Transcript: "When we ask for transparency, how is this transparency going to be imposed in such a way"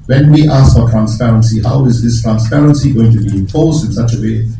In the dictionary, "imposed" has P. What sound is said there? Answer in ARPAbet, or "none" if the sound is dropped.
F